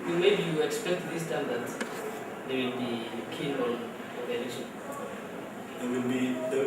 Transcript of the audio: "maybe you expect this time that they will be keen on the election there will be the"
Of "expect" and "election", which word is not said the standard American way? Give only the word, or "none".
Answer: election